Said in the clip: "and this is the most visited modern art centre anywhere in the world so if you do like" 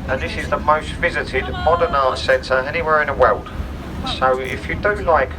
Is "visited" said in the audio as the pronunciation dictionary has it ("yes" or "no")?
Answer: yes